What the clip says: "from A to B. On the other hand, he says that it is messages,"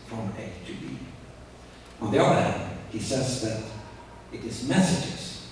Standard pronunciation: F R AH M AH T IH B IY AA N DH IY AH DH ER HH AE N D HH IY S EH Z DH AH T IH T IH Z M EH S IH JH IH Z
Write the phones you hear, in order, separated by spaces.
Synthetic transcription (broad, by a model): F R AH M AH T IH B IY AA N DH IY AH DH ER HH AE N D HH IY S EH Z DH AH T IH T IH Z M EH S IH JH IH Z